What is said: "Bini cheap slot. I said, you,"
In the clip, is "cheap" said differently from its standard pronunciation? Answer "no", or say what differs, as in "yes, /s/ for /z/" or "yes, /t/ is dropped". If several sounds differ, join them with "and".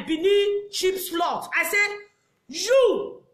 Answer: yes, /ʃ/ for /tʃ/